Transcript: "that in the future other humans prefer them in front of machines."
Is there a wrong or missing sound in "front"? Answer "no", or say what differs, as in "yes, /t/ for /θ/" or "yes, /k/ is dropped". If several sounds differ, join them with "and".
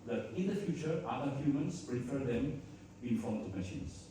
yes, /ɹ/ is dropped